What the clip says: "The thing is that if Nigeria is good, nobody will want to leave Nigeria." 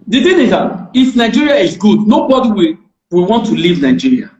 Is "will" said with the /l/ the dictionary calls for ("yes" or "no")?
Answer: no